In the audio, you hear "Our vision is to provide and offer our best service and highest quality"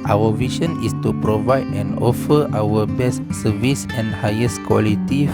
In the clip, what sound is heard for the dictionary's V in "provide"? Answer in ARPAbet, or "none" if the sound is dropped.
V